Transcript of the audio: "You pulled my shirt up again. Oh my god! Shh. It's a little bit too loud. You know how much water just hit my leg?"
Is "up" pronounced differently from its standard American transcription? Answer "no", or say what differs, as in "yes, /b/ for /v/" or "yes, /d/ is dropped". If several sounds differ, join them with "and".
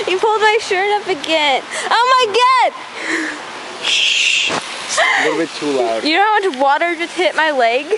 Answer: yes, /f/ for /p/